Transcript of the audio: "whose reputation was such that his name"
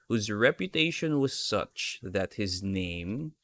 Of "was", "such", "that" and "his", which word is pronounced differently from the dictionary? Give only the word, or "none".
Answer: none